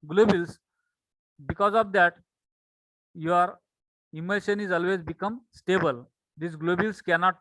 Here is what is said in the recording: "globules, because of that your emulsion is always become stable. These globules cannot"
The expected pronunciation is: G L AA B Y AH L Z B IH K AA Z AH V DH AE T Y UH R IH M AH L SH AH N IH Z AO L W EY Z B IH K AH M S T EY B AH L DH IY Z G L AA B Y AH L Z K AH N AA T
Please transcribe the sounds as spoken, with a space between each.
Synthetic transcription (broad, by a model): G L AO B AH L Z B IH K AA Z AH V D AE T Y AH R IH M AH SH AH N IH Z AO L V EY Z B IH K AH M S T EY B AH L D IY S G L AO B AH L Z K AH N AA T